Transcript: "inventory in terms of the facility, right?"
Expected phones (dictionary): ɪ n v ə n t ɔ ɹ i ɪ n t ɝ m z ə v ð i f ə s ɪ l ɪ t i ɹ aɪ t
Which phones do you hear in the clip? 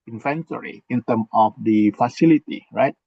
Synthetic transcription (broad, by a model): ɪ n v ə n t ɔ ɹ i ɪ n t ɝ m ə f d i f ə s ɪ l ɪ t i ɹ aɪ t